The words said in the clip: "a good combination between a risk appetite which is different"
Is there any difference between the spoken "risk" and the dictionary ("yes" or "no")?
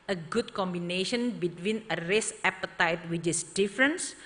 yes